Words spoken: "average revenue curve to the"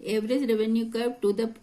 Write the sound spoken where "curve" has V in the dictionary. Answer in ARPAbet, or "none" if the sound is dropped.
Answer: P